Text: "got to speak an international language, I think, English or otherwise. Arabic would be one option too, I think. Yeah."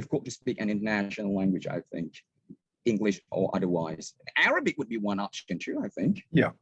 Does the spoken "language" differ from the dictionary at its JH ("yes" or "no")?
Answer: no